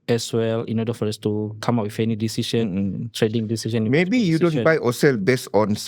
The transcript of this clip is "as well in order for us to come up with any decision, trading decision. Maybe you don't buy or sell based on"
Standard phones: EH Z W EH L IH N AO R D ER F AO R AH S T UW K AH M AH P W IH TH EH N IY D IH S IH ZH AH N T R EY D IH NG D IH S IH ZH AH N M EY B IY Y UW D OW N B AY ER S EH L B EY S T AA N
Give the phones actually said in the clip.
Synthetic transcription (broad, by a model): EH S W EH L IH N AO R D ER F AO R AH S T UW K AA M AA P W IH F EH N IY D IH S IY SH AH N T R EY D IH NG D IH S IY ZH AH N M EY B IY Y UW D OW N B AY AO S EH L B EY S AA N